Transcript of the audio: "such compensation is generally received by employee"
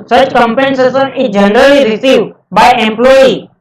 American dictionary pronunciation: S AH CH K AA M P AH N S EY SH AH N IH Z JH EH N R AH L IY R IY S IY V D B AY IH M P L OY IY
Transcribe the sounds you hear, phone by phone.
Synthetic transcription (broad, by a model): S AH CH K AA M P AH N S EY S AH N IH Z JH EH N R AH L IY R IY S IY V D B AY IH M P L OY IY